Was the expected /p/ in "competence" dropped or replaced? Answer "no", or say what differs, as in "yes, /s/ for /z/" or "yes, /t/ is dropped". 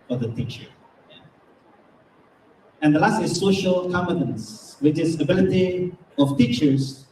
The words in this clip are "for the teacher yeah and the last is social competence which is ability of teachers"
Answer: yes, /p/ is dropped